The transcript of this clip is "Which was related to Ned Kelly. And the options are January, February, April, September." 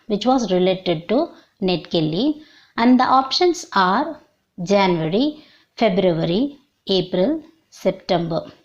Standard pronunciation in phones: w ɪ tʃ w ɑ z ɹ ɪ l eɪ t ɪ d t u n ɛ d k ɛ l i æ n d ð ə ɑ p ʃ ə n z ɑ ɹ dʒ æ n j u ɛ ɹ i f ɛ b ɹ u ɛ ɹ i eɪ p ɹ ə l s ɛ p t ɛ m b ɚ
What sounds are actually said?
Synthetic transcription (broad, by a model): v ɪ tʃ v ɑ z ɹ ɪ l eɪ t ɪ d t u n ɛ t k ɛ l i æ n d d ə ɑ p ʃ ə n s ɑ ɹ dʒ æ n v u ɹ i f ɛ b ɹ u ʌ ɹ i eɪ p ɹ ə l s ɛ p t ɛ m b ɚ